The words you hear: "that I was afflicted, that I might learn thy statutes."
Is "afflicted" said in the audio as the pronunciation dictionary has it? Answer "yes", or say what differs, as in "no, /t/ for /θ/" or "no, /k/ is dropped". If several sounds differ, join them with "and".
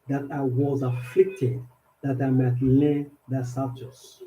yes